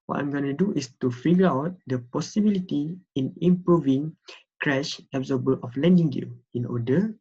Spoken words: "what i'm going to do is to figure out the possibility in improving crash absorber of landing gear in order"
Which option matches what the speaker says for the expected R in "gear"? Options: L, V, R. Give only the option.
L